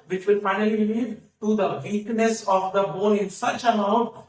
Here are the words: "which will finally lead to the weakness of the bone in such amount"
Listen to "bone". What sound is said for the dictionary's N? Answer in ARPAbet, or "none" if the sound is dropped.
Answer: L